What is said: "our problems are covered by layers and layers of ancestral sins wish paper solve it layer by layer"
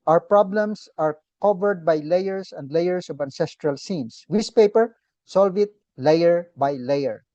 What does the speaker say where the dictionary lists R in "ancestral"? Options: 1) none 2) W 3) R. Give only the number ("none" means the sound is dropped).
3